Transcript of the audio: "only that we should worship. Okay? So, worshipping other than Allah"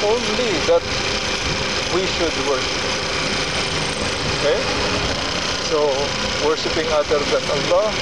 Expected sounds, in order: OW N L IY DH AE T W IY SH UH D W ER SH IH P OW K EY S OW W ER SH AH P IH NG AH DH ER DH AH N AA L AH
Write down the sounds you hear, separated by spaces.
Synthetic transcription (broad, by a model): OW N L IY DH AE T W IY SH UH D W ER SH IH P OW K EY S OW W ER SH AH P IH NG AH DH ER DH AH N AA L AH